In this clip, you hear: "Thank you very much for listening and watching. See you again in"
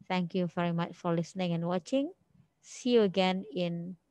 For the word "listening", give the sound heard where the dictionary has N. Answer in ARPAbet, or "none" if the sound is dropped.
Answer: N